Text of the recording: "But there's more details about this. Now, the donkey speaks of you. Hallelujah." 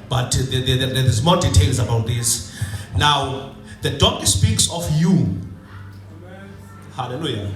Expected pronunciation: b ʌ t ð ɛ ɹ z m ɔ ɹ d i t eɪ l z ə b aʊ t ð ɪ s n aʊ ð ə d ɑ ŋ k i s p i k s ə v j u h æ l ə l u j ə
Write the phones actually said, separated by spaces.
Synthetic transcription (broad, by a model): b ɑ t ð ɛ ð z m ɔ d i t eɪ l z ə b aʊ t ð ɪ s n aʊ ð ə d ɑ k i s p i k s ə f j u h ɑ l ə l u j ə